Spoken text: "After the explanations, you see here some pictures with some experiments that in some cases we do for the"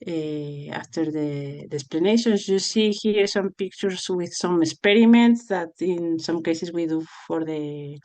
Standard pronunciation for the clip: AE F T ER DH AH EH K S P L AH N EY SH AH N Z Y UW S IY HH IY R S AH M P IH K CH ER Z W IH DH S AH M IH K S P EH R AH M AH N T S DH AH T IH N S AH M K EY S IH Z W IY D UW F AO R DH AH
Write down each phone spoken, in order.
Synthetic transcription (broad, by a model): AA F T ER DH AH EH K S P L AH N EY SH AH N S Y UW S IY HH IY R S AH M P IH K CH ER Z W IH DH S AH M IH K S P EH R AH M AH N T S DH AH T IH N S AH M K EY S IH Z W IY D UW F AO R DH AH